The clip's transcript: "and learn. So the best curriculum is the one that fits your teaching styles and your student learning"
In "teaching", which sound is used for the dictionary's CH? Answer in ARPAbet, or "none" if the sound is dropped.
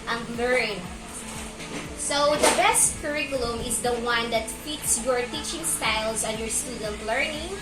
CH